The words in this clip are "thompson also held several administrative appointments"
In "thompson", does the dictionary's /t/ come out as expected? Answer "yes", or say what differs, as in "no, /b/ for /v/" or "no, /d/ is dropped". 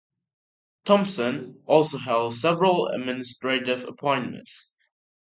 yes